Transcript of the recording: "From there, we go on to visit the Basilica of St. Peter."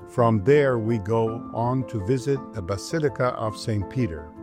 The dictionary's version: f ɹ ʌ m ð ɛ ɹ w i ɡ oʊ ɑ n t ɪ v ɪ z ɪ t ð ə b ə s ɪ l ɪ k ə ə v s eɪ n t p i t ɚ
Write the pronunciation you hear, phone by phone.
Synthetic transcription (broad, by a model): f ɹ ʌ m ð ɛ ɹ w i ɡ oʊ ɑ n t ɪ v ɪ z ɪ t ð ə b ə s ɪ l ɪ k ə ə v s eɪ n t p i t ɚ